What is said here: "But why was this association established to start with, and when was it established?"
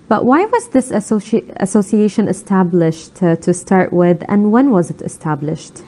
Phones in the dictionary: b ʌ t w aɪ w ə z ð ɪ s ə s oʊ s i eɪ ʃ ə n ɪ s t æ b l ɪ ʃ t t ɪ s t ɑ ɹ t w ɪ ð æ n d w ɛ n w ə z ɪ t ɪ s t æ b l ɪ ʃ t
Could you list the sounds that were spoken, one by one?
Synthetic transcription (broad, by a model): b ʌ t w aɪ w ə z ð ɪ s ə s oʊ s i eɪ ʃ ə n ɪ s t æ b l ɪ ʃ t t ɪ s t ɑ ɹ t w ɪ ð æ n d w ɛ n w ə z ɪ t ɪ s t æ b l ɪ ʃ t